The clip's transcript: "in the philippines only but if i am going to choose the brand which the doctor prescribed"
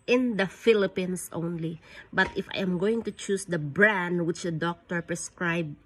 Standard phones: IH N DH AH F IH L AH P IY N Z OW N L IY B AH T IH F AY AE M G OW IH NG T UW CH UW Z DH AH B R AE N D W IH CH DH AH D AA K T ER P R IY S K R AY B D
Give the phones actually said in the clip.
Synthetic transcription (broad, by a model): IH N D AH F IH L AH P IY N S OW N L IY B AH T IH F AY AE M G OW IH NG T UW CH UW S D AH B R AE N D W IH CH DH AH D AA K T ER P R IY S K R AY B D